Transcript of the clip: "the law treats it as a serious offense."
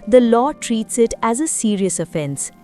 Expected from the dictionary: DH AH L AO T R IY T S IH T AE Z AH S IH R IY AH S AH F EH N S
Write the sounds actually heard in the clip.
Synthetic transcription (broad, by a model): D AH L AO T R IY T S IH T AE Z AH S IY R IY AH S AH F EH N S